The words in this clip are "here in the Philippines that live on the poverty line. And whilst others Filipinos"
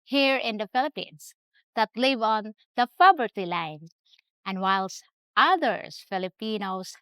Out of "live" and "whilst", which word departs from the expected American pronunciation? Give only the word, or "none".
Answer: none